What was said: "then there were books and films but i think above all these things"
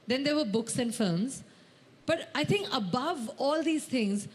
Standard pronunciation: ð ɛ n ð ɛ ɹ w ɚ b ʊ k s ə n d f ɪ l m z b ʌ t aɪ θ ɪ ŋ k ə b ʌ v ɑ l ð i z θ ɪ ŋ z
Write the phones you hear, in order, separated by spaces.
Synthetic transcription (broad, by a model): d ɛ n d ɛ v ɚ b ʊ k s ə n d f ɪ l m z b ʌ t aɪ t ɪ ŋ k ə b ʌ v ɑ l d i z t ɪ ŋ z